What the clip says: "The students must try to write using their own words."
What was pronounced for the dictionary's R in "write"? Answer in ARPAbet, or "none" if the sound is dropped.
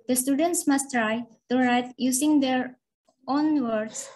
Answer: R